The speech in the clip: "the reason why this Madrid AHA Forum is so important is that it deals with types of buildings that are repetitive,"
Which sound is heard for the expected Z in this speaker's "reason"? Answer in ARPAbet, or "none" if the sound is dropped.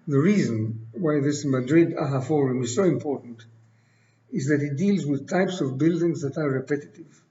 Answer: Z